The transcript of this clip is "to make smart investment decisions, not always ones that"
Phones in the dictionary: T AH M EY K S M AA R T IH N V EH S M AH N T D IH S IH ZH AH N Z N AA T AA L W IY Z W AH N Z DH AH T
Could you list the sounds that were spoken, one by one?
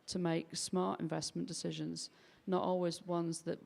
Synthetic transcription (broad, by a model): T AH M EY K S M AA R T IH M V EH S M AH N D IH S IH ZH AH N Z N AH T AA L W IY Z W AH N Z DH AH T